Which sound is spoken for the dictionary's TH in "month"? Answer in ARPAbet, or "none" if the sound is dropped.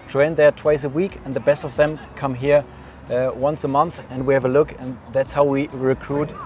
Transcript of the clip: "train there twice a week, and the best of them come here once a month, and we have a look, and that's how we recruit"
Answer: TH